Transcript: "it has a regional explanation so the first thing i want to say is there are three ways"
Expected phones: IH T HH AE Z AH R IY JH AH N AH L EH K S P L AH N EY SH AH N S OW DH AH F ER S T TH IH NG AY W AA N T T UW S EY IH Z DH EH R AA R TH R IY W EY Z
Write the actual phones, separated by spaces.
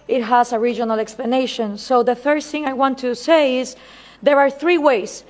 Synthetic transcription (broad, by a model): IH T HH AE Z AH R IY JH AH N AH L EH K S P L AH N EY SH AH N S OW DH AH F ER TH IH NG AY W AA N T T UW S EY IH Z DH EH R AA R TH R IY W EY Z